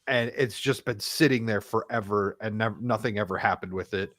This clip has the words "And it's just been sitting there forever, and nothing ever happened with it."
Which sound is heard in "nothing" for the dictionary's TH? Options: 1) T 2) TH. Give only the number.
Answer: 2